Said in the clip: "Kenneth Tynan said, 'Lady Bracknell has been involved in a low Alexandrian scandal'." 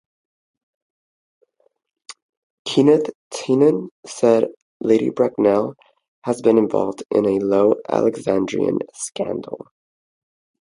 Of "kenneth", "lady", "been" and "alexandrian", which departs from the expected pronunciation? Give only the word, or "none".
kenneth